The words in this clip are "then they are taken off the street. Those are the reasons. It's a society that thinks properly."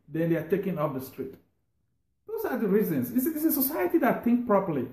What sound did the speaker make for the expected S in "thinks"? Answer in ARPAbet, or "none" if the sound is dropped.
none